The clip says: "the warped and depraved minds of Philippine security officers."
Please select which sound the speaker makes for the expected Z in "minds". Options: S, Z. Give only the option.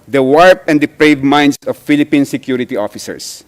S